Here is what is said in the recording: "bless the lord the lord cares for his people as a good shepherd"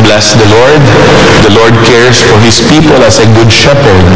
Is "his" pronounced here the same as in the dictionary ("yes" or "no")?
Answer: no